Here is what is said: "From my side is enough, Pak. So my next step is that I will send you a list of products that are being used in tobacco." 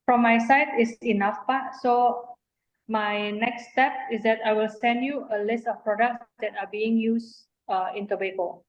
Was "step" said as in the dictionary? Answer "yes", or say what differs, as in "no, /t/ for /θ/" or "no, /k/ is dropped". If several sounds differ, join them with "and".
yes